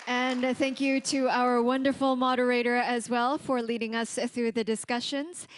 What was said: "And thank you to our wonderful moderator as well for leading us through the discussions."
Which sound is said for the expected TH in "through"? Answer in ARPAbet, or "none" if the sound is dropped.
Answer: TH